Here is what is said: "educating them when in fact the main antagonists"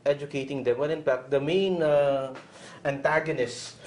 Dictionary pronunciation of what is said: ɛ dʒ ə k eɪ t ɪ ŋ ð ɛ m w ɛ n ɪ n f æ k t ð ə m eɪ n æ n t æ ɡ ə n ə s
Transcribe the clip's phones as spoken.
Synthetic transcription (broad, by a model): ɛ dʒ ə k eɪ t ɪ ŋ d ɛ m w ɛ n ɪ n p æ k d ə m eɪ n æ n t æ ɡ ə n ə s